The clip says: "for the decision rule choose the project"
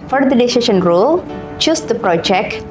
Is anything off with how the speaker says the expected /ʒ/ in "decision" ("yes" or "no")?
yes